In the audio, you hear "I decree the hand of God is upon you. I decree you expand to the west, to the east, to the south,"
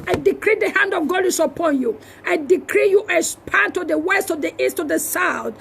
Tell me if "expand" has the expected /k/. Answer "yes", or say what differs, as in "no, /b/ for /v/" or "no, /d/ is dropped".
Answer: no, /k/ is dropped